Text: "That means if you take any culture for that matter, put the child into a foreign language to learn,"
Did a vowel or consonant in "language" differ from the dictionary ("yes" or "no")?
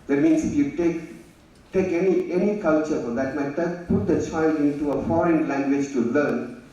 no